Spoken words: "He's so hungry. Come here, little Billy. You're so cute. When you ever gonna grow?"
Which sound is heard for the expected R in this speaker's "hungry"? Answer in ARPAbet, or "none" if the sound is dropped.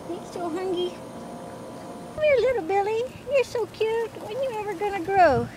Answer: none